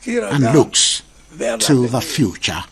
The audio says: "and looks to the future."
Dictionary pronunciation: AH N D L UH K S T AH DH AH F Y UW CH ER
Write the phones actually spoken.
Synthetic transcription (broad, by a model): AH N L UH K S T AH DH AH F Y UW CH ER